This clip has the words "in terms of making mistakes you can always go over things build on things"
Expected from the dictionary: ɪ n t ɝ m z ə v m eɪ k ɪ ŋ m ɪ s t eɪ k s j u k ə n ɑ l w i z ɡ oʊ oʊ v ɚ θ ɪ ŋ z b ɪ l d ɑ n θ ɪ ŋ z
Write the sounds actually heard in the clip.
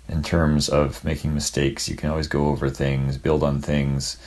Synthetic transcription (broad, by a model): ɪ n t ɝ m z ə v m eɪ k ɪ ŋ m ɪ s t eɪ k s j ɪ k ə n ɑ l w i z ɡ oʊ oʊ v ɚ θ ɪ ŋ z b ɪ l d n θ ɪ ŋ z